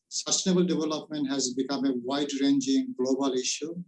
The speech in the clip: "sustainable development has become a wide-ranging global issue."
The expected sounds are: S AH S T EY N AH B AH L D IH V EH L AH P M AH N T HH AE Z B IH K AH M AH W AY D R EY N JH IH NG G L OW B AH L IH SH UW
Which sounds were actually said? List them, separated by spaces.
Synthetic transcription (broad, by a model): S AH S T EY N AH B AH L D IH V EH L AH P M AH N T HH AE Z B IH K AH M AH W AY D R EY N JH IH NG G L OW B AH L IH SH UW